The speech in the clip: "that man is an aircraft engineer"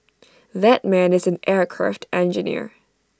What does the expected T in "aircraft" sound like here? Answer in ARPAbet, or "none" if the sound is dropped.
T